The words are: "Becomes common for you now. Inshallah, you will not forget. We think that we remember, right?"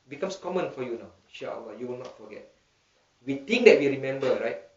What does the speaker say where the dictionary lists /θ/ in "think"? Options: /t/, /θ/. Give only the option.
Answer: /t/